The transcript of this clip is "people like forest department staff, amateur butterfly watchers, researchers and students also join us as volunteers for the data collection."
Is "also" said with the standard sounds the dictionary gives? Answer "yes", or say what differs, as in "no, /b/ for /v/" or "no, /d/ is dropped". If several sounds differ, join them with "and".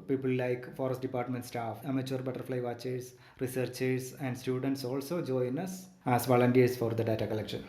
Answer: yes